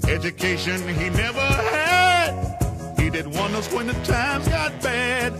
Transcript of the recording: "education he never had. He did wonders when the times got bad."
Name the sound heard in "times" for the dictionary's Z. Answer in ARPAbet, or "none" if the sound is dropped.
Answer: Z